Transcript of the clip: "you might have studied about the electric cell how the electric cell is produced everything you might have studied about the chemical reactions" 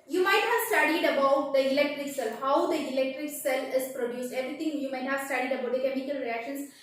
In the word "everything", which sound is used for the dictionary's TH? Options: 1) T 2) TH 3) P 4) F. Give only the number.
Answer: 1